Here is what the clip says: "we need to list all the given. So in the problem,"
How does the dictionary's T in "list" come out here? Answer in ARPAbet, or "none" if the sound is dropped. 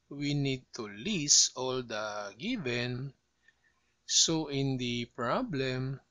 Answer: none